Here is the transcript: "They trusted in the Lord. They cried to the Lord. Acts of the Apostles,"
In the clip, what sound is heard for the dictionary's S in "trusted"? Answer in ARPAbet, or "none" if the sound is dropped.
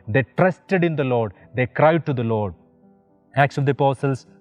S